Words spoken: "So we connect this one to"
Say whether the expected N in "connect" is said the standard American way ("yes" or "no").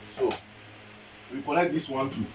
no